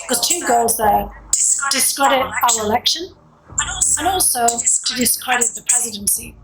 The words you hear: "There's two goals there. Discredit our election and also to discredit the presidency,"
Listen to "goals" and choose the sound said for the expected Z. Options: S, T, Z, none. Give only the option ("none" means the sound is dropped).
Z